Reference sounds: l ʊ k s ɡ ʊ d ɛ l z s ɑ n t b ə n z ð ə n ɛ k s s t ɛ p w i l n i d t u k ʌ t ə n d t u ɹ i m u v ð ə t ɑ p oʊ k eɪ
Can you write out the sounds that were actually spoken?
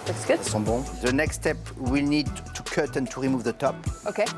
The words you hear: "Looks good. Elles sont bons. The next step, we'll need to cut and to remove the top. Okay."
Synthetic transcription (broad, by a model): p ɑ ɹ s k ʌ ɛ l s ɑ b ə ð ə n ɛ k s s t ɛ p w i l n i d t u k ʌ t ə n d t u ɹ i m u v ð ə t ɑ p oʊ k eɪ